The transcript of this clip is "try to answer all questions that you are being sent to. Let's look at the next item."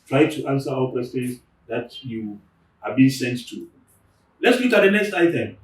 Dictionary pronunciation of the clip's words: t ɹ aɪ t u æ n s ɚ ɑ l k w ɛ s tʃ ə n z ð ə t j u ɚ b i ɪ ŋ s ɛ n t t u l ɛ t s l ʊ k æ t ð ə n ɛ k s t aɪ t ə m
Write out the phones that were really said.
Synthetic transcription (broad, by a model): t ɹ aɪ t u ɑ n s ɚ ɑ w k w ɛ s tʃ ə n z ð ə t j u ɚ b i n s ɛ n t t u l ɛ t s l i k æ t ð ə n ɛ k s t aɪ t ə m